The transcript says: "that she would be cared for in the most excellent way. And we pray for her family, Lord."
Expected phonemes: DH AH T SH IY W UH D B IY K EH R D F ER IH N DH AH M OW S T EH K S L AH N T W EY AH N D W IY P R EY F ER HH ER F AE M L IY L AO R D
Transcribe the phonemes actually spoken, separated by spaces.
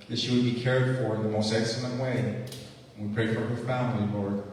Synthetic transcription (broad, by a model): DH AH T SH IY W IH D B IY K EH R D F ER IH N DH AH M OW S T EH K S L AH N T W EY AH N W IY P R EY F ER ER F AE M L IY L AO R